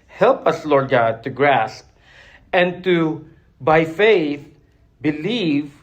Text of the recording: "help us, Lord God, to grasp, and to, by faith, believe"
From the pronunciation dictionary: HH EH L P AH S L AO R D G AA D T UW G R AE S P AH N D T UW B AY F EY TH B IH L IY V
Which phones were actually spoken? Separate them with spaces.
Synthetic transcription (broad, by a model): HH EH L P AH S L AO R D G AA D T UW G R AE S P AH N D T UW B AY F EY TH B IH L IY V